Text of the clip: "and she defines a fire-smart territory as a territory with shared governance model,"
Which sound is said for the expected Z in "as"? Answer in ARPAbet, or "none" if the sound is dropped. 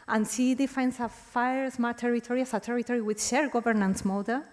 S